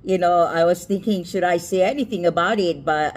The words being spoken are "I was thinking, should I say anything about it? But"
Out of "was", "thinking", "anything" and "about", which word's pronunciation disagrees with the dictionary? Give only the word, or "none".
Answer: none